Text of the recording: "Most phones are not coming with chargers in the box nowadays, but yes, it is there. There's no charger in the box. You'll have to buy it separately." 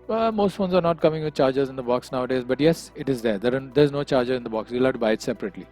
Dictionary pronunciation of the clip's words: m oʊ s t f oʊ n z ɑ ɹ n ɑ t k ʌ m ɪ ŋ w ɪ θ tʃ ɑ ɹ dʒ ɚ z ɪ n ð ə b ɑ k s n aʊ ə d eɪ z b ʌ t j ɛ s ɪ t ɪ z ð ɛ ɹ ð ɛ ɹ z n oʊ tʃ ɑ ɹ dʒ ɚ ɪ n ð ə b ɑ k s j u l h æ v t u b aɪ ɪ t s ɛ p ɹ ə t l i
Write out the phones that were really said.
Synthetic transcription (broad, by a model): m oʊ s t f oʊ n z ɑ ɹ n ɑ t k ʌ m ɪ ŋ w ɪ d tʃ ɑ ɹ dʒ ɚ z ɪ n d ə b ɑ k s n aʊ ə d eɪ z b ʌ t j ɛ s ɪ t ɪ z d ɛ ɹ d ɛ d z n oʊ tʃ ɑ ɹ dʒ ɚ ɪ n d ə b ɑ k s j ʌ l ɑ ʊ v t u b aɪ ɪ t s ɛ p ɹ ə t l i